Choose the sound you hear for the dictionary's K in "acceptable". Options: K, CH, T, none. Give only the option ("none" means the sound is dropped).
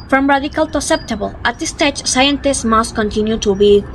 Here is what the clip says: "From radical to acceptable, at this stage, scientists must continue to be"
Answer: none